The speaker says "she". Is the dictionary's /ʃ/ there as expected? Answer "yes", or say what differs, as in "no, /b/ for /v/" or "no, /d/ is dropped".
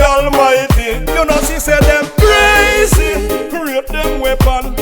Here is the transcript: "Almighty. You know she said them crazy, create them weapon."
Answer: no, /s/ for /ʃ/